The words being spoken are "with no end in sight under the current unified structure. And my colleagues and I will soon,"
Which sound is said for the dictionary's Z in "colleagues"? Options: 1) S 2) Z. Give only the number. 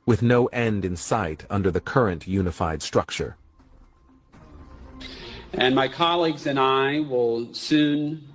2